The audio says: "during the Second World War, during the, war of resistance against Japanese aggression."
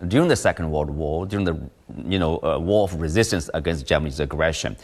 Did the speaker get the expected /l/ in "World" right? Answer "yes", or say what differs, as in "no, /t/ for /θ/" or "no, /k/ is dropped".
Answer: no, /l/ is dropped